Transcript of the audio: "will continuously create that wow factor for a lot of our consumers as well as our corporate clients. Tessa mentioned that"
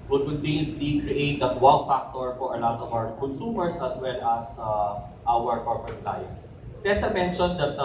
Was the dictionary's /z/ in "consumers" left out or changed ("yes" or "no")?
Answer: yes